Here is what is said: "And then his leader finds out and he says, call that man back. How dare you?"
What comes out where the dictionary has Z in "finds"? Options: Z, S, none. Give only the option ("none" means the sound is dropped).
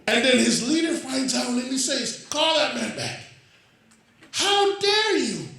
none